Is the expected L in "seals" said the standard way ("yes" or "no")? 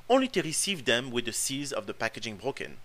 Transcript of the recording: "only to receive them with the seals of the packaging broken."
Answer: no